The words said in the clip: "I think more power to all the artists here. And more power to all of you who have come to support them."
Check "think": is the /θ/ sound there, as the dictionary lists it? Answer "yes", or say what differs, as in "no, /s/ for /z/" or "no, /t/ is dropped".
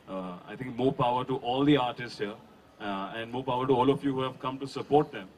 no, /t/ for /θ/